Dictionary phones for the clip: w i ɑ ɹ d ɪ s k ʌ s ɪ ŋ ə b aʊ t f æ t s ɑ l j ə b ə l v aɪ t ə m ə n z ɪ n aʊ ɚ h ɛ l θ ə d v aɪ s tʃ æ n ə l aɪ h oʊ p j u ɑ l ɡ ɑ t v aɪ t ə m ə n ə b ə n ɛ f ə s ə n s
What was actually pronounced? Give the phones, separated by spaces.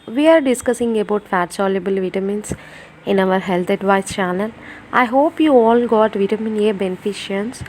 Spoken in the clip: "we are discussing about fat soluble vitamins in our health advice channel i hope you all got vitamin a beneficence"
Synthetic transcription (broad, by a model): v i ɑ ɹ d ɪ s k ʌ s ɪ ŋ ə b aʊ t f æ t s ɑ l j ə b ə l v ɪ t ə m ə n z ɪ n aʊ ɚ h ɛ l t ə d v aɪ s tʃ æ n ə l aɪ h oʊ p j u ɑ l ɡ ɑ t v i t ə m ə n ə b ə n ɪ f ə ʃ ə n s